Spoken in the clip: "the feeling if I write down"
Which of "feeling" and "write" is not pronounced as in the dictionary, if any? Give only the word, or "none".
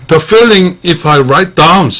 none